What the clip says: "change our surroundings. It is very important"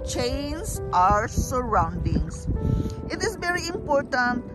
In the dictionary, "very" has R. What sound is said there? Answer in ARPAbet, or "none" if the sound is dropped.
R